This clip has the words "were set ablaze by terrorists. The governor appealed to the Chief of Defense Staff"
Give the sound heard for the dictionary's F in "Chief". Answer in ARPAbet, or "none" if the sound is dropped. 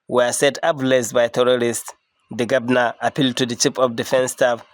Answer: P